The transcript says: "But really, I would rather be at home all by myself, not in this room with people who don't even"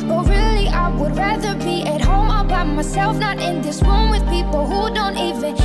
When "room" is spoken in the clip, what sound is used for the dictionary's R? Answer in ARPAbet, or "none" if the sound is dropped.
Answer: W